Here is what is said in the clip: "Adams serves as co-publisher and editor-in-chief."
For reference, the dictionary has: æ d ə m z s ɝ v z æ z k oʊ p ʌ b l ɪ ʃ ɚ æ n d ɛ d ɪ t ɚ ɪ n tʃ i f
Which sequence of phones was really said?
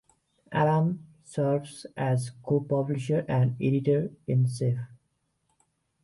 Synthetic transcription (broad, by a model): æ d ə m s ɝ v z æ z k oʊ p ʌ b l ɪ ʃ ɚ æ n d ɛ d ɪ t ɚ ɪ n s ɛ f